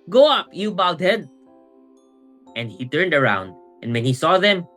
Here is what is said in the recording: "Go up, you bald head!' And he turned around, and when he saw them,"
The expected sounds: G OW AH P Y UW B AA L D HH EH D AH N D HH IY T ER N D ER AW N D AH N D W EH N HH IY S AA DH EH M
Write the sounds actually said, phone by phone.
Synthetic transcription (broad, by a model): G OW AH P Y UW B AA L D HH EH D AH N D HH IY T ER N D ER AW N D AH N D W EH N HH IY S AA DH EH M